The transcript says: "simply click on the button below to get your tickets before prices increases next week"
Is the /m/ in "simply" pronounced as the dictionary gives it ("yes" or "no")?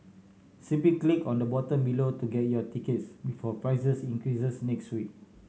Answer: no